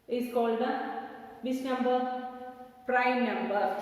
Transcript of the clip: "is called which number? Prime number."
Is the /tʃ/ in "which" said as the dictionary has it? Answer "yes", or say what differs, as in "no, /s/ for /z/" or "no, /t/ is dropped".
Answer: no, /s/ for /tʃ/